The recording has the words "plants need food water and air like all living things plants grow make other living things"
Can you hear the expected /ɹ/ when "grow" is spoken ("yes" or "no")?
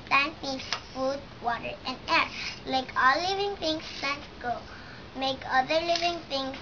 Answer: no